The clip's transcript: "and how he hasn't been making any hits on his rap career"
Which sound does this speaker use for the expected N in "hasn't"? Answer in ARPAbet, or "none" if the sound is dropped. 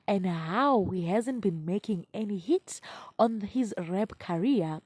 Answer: N